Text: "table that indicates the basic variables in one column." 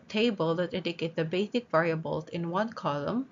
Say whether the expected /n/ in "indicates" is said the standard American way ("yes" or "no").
no